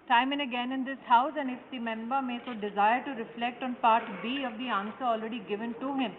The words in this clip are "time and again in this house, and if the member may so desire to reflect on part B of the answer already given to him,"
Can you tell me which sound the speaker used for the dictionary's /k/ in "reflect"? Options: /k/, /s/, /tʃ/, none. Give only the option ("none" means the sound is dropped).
/k/